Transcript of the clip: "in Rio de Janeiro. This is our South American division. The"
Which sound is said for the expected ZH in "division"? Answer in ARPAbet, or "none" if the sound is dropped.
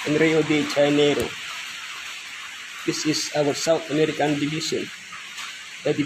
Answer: SH